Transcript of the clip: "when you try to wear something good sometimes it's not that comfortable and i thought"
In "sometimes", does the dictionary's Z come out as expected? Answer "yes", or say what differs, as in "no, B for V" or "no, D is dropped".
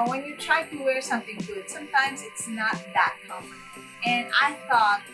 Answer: yes